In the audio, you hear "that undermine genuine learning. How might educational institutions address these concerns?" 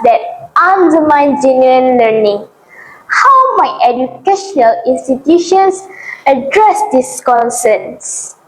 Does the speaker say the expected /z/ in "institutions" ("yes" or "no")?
no